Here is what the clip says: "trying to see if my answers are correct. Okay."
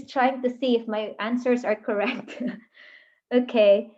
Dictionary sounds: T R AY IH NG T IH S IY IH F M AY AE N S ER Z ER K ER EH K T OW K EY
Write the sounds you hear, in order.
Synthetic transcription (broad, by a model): T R AY IH NG T IH S IY IH F M AY AE N S ER Z ER K ER EH K T OW K EY